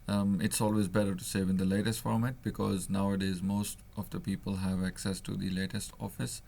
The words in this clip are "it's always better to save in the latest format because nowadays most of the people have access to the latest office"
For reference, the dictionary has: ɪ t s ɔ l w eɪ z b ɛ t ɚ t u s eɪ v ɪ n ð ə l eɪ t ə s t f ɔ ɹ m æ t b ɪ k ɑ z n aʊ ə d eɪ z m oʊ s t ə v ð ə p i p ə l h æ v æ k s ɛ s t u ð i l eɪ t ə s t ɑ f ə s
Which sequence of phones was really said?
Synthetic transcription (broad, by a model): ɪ t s ɔ l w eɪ z b ɛ t ɚ t u s eɪ v ɪ n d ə l eɪ t ə s t f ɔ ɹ m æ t b ɪ k ɑ z n aʊ ə d eɪ z m oʊ s t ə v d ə p i p ə l h æ v æ k s ɛ s t u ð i l eɪ t ə s t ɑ f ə s